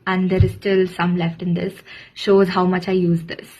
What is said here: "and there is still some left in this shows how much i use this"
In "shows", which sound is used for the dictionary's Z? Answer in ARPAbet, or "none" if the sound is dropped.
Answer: Z